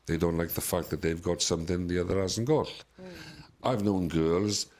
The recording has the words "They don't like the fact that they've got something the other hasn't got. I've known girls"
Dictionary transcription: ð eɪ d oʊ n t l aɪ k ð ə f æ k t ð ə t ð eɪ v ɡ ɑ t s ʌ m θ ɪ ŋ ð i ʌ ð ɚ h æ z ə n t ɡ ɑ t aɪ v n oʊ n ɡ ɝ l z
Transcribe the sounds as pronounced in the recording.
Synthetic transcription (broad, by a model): ð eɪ d oʊ n t l aɪ k ð ə f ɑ k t ð ə t ð eɪ v ɡ ɑ t s ʌ m θ ɪ ŋ ð i ʌ ð ɚ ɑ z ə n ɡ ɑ t aɪ v n oʊ n ɡ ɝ l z